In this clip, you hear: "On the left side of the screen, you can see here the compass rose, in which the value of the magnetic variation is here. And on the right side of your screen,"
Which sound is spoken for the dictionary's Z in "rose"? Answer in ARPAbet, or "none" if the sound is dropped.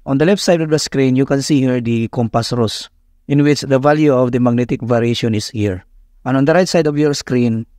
S